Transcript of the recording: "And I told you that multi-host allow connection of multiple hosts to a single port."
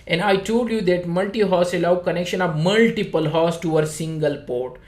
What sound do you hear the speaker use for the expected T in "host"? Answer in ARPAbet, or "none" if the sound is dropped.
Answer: none